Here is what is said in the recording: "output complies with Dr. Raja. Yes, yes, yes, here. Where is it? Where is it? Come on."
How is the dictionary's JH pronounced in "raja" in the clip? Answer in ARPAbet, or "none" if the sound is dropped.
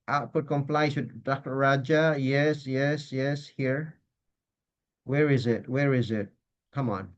JH